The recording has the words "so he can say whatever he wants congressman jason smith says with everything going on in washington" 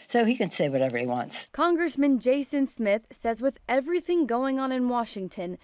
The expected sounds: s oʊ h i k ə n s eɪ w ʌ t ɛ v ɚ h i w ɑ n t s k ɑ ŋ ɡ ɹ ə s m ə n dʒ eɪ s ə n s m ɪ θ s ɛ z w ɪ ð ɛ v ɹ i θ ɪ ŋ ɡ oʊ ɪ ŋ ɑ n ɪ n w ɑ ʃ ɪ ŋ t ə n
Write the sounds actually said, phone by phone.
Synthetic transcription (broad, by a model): s oʊ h i k ə n s eɪ w ʌ t ɛ v ɚ h i w ɑ n t s k ɑ ŋ ɡ ɹ ə s m ə n dʒ eɪ s ə n s m ɪ θ s ɛ z w ɪ ð ɛ v ɹ i θ ɪ ŋ ɡ oʊ ɪ ŋ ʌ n ɪ n w ɑ ʃ ɪ ŋ t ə n